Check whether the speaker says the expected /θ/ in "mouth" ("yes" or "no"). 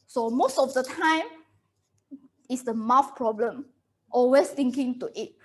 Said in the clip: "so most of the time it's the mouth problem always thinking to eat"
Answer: no